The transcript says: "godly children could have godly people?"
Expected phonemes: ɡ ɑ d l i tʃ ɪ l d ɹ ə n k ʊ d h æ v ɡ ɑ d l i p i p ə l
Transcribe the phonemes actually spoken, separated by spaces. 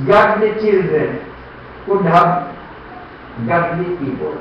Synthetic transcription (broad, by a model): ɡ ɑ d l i tʃ ɪ l d ɹ ə n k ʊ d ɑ b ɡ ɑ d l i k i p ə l